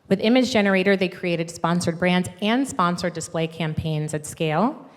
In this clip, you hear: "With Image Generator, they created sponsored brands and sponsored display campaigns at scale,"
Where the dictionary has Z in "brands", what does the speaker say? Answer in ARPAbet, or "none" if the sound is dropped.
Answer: Z